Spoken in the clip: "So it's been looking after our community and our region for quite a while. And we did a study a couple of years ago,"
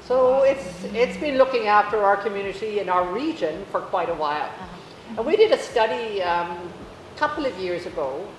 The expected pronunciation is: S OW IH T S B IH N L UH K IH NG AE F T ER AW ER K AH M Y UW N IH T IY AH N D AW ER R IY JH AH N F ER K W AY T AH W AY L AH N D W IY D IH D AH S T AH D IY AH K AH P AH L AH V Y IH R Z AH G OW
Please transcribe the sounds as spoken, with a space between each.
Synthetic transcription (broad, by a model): S OW IH T S B IH N L UH K IH NG AE F T ER AW ER K AH M Y UW N IH T IY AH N AW ER R IY JH AH N F ER K W AY T AH W AY L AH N W IY D IH D AH S T AH D IY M K AH P L AH V Y IH R Z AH G OW